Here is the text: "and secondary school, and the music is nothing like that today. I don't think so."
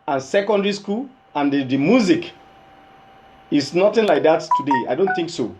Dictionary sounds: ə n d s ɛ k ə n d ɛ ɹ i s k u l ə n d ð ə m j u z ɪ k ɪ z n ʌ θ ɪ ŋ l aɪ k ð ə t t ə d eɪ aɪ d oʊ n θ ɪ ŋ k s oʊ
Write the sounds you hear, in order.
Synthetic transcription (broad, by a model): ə n s ɛ k ə n d ɛ ɹ i s k u l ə n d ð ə m j u z ɪ k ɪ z n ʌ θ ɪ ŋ l aɪ k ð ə t t ə d eɪ aɪ d oʊ n θ ɪ ŋ k s oʊ